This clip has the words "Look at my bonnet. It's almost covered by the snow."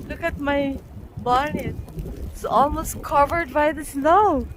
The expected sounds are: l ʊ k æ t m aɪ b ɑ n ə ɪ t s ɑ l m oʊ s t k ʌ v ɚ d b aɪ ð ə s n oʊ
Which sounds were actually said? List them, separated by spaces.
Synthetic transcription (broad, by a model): l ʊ k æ t m aɪ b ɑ n ɪ t s ɑ l m oʊ s t k ʌ v ɚ d b aɪ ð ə s n oʊ